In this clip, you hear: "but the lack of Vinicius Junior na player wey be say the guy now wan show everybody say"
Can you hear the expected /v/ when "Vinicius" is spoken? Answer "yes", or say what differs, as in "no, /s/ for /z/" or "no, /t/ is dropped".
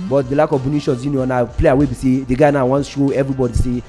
no, /b/ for /v/